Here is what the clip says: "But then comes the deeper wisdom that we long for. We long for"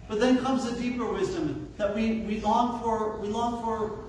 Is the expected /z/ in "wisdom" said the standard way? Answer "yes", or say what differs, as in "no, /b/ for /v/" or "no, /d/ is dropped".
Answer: yes